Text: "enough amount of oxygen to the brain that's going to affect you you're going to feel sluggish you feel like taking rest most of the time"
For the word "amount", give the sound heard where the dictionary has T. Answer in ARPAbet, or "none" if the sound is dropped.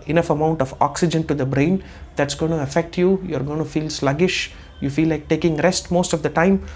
T